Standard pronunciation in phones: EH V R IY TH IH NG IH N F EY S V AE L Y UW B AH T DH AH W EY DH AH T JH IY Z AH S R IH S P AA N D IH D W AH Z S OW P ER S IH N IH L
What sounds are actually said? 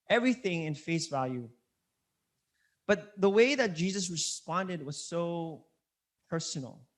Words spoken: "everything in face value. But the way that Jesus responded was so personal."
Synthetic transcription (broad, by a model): EH V R IY TH IH NG IH N F EY S V AE L Y UW B AH T DH AH W EY DH AH T JH IY Z AH S R IH S P AA N D IH D W AH Z S OW P ER S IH N L